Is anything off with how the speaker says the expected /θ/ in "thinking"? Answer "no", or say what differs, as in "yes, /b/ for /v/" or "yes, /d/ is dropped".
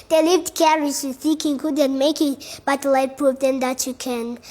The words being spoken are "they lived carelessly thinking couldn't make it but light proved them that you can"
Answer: yes, /s/ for /θ/